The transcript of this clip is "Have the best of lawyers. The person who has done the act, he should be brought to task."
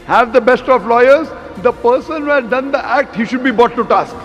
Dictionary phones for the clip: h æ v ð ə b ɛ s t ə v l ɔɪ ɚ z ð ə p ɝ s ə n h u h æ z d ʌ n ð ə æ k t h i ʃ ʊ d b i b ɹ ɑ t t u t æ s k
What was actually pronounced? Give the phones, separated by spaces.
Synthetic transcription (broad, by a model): h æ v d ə b ɛ s t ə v l ɔɪ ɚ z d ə p ɝ s ə n h u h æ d d ʌ n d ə æ k t h i ʃ ʊ d b i b ɑ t t u t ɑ s k